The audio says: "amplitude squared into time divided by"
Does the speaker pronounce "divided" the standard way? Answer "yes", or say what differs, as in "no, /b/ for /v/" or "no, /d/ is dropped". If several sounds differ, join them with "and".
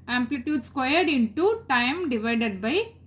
yes